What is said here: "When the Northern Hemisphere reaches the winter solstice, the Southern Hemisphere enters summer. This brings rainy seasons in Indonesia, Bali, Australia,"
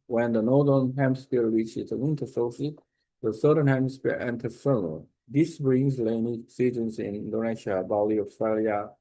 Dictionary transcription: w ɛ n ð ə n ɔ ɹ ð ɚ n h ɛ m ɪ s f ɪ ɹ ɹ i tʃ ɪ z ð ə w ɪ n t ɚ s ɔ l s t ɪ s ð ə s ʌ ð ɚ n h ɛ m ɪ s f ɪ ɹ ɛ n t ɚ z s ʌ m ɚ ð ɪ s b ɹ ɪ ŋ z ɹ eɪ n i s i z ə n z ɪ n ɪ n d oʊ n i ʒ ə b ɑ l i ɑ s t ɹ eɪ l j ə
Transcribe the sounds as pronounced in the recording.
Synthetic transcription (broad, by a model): w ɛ n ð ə n ɔ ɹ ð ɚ n h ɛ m s p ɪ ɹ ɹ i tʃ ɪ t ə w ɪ n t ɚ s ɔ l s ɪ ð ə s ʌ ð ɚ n h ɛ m s p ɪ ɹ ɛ n t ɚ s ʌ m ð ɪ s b ɹ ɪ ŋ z l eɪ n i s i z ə n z ɪ n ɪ n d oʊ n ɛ ʃ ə b ɑ l i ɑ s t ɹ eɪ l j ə